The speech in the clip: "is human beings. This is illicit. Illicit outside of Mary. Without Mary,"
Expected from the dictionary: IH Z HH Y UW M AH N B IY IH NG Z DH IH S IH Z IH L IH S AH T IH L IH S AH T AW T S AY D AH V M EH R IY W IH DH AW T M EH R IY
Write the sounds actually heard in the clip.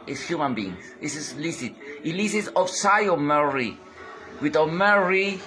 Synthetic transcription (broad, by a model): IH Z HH Y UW M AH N B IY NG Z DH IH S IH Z L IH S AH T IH L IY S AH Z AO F S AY AH M EH R IY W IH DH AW M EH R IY